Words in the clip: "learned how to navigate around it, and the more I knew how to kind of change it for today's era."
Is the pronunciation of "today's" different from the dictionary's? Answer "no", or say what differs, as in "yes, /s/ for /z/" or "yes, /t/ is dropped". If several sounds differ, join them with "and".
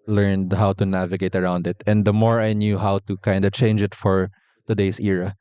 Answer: yes, /s/ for /z/